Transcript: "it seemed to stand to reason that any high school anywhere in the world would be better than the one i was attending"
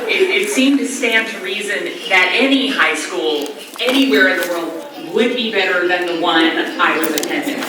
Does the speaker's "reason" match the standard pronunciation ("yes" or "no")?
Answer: yes